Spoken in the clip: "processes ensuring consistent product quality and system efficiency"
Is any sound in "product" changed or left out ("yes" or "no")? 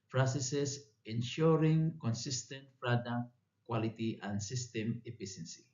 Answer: yes